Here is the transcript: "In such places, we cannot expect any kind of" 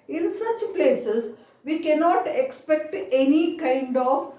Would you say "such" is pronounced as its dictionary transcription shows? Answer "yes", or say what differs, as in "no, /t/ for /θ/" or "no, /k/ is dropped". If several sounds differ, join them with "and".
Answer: yes